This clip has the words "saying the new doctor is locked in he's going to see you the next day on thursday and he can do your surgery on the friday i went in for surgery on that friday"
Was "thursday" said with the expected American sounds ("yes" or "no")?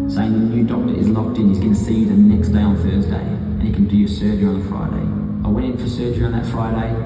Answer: yes